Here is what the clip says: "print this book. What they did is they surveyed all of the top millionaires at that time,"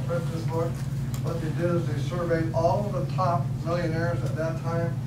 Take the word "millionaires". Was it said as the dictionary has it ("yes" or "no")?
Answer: yes